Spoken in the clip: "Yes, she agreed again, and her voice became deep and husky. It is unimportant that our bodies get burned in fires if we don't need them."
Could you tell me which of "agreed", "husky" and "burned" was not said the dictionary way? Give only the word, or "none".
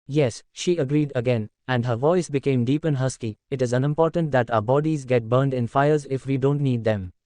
none